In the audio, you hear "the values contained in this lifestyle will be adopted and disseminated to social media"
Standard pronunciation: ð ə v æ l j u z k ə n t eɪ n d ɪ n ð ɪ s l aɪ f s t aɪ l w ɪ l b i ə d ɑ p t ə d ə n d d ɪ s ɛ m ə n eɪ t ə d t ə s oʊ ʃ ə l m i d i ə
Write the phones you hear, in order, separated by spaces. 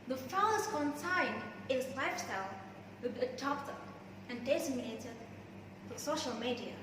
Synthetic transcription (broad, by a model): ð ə f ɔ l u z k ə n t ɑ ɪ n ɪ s l aɪ f s t aɪ l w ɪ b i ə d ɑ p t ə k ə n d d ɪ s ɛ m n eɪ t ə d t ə s oʊ ʃ ə l m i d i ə